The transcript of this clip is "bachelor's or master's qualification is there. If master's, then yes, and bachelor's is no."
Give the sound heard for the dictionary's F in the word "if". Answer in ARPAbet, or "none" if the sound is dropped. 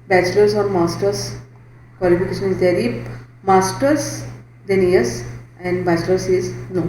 P